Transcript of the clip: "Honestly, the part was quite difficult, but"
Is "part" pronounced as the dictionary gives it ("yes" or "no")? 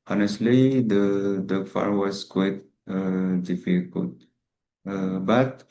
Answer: no